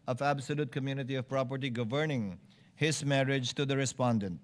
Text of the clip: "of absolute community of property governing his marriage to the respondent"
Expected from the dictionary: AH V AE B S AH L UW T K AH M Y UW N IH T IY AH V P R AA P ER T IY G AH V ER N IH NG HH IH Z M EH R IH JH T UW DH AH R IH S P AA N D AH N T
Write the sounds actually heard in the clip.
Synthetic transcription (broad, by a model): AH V AE B S AH L UW T K AH M Y UW N IH T IY AH V P R AA P ER T IY G AH V ER N IH NG HH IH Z M EH R IH JH T UW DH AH R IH S P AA N D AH N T